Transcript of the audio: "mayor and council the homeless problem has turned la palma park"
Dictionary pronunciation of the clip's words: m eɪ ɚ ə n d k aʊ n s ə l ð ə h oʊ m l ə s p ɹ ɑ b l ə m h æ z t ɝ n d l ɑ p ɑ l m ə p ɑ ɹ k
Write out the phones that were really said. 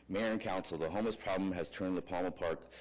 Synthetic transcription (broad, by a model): m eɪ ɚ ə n k aʊ n s l ð ə h oʊ m ə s p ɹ ɑ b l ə m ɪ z t ɝ n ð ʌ p ɑ l m ə p ɑ ɹ k